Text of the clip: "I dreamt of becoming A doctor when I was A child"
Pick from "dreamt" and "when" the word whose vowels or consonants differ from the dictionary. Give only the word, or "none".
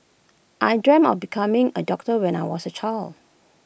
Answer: dreamt